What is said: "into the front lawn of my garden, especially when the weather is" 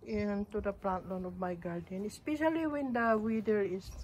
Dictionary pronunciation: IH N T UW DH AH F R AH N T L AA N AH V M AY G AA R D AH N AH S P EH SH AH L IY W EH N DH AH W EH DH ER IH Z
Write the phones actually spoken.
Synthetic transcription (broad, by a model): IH N T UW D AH P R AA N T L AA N AH V M AY G AA R D AH N AH S P EH SH AH L IY W EH N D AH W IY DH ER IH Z